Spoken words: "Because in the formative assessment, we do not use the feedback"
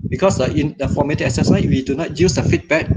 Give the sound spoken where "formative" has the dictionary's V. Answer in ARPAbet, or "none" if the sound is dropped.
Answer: none